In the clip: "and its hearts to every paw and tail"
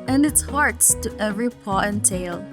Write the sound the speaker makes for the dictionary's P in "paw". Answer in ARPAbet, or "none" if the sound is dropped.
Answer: P